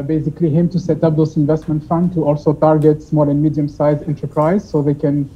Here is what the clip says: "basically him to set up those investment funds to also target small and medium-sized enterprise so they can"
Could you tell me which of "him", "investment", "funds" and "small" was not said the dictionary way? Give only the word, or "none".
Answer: funds